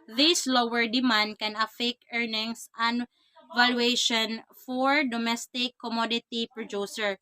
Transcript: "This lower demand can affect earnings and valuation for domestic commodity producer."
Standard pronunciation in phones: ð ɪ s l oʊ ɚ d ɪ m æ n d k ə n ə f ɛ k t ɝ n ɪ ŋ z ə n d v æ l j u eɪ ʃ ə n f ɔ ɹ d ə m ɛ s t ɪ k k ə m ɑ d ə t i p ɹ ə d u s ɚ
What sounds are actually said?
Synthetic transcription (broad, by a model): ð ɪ s l oʊ ɚ d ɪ m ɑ n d k ə n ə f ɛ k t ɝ n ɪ ŋ s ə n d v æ l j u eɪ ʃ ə n f ɔ ɹ d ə m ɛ s t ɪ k k ə m ɑ d ə t i p ɹ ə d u s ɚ